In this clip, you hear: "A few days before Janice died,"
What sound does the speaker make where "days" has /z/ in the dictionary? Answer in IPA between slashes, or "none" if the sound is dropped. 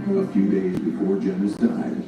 /z/